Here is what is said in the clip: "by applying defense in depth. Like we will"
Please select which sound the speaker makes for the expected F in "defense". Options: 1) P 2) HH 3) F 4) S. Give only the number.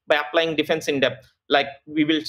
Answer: 3